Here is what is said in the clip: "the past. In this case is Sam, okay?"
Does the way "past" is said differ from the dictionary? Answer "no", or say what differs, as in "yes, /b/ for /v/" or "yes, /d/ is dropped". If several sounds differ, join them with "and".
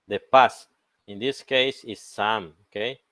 yes, /t/ is dropped